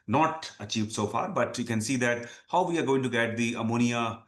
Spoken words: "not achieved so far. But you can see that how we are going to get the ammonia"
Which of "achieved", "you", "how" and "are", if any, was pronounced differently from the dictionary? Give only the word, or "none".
none